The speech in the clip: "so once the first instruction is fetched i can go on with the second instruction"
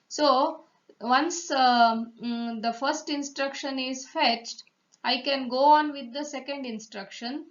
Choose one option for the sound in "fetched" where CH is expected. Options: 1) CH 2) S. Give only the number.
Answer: 1